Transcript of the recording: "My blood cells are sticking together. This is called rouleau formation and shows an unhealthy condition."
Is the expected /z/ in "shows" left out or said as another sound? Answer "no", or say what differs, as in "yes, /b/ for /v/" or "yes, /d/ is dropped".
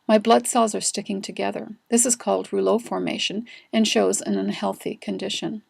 no